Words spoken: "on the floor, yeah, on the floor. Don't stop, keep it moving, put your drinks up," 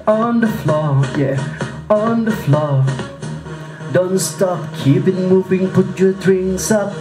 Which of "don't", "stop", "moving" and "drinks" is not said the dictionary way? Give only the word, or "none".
drinks